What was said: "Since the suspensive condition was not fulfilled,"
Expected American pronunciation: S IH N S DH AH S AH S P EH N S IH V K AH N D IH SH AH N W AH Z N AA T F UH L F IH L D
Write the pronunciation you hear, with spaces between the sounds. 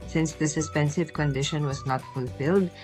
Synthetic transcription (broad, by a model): S IH N S DH AH S AH S P EH N S IH V K AH N D IH SH AH N W AH Z N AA T F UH L F IH L D